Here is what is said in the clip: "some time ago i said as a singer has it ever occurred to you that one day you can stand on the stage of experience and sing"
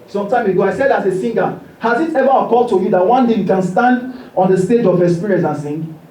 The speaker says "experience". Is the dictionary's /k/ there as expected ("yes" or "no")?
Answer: no